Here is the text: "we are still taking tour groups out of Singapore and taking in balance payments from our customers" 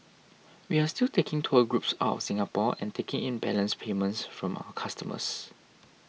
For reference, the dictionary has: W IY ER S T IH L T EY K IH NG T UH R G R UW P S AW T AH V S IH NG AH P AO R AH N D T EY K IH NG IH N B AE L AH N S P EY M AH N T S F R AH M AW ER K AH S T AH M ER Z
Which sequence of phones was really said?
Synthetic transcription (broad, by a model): W IY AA S T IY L T EY K IH NG T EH G R UW P S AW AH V S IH NG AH P AO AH N T EY K IH NG IH N B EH L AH N S P EY M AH N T S F R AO M AW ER K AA S T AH M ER S